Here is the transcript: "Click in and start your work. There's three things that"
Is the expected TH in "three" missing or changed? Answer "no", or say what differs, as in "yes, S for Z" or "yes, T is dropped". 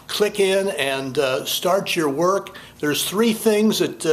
no